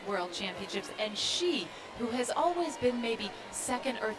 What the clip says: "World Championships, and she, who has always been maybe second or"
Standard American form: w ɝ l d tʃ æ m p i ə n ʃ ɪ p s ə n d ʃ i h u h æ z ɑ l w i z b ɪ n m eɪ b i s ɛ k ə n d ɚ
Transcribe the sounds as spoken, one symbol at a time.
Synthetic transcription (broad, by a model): w ɝ l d tʃ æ m p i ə n ʃ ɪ p s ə n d ʃ i h u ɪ z ɑ l w i z b ɪ n m eɪ b i s ɛ k ə n d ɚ